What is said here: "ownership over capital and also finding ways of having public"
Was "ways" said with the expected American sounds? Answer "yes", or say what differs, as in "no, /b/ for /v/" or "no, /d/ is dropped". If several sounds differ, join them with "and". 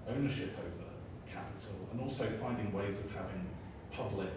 yes